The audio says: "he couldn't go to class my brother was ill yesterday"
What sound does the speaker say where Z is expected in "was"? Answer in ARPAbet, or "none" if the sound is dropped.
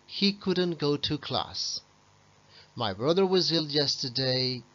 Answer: Z